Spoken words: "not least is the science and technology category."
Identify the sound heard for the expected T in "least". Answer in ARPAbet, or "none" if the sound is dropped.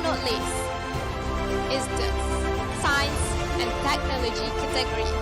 none